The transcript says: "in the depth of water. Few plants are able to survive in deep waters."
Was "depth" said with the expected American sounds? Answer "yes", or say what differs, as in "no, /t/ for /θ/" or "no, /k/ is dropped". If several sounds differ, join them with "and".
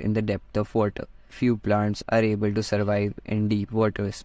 no, /t/ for /θ/